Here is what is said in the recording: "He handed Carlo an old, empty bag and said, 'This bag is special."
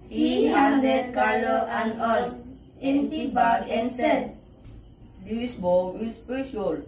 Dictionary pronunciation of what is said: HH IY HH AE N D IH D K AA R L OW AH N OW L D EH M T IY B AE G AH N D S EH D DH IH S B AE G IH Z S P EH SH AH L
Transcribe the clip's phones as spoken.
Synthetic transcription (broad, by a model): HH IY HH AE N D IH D K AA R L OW AH N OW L EH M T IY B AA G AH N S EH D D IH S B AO IH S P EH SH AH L